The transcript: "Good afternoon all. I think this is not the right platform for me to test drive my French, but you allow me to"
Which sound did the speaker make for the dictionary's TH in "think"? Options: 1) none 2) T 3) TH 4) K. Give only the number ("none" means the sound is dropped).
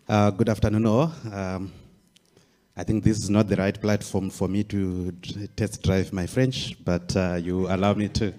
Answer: 3